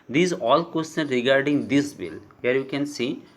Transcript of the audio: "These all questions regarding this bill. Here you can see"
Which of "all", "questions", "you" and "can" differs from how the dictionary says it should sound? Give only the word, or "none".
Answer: questions